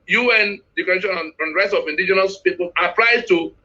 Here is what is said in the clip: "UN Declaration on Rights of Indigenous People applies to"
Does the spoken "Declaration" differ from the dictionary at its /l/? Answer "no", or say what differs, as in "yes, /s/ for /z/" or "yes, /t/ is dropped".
yes, /l/ is dropped